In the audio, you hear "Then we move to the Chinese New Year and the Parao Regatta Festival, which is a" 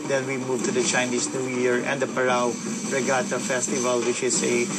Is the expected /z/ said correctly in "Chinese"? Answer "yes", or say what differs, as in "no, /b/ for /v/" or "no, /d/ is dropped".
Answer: no, /s/ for /z/